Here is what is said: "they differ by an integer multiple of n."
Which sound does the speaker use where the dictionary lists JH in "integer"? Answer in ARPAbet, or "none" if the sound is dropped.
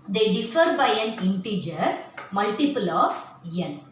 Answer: JH